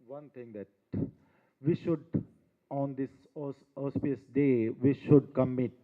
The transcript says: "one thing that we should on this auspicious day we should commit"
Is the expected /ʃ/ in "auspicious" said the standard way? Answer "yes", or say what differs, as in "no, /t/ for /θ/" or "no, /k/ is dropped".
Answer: no, /ʃ/ is dropped